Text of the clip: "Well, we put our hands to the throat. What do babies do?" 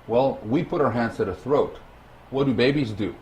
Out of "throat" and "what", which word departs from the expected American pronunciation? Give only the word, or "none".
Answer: none